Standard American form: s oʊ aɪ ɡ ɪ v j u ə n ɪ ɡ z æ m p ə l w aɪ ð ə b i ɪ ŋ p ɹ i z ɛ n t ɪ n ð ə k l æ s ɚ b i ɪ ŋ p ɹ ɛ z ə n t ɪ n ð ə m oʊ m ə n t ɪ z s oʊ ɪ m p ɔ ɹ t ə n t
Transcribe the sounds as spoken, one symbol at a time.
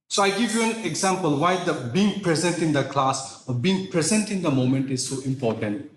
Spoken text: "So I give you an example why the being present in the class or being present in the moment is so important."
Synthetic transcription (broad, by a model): s oʊ aɪ ɡ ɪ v j u ə n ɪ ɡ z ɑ m p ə l w aɪ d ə b i ɪ ŋ p ɹ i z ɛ n t ɪ n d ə k l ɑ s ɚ b i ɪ ŋ p ɹ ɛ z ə n t ɪ n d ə m oʊ m ə n t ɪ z s oʊ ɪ m p ɔ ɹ t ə n t